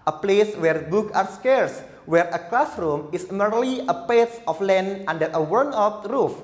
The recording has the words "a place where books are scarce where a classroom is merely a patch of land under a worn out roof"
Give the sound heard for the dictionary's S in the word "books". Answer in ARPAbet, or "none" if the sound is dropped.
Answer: none